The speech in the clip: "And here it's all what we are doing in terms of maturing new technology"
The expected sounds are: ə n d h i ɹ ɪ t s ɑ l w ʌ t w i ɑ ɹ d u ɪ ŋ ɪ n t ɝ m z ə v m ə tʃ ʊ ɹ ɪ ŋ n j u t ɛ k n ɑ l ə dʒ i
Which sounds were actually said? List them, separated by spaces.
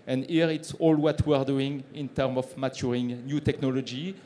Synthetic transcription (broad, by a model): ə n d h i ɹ ɪ t s ɑ l w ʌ t w i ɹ d u ɪ ŋ ɪ n t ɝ m ə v m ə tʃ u ɹ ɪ ŋ n j u t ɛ k n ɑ l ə dʒ i